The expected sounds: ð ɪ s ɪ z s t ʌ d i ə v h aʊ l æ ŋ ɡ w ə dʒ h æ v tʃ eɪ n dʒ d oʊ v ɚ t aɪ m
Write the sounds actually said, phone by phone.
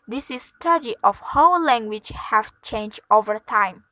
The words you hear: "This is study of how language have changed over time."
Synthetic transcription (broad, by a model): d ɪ s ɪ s t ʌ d i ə f h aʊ l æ ŋ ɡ w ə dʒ h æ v tʃ eɪ n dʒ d oʊ v ɚ t aɪ m